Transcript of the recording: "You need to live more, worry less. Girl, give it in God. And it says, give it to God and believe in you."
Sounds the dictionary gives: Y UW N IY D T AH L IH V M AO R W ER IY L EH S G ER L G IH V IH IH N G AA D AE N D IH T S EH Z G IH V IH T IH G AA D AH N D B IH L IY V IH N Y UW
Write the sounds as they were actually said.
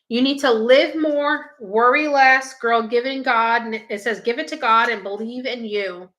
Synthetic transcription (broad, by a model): Y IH N IY D T AH L IH V M AO R W ER IY L EH S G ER L G IH V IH IH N G AA D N IH T S EH Z G IH V IH T IH G AA D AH N B IH L IY V IH N Y UW